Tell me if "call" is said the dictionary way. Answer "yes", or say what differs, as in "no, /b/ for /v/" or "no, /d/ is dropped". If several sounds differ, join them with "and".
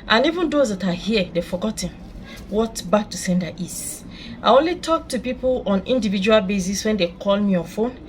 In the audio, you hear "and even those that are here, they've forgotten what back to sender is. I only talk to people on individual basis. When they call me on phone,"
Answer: yes